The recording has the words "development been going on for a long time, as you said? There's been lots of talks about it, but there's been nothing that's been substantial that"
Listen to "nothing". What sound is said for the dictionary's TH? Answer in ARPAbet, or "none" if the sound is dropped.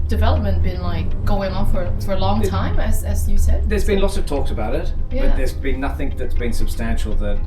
TH